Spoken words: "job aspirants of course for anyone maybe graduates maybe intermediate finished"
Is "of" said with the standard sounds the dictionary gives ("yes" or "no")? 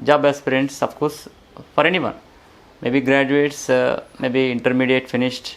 no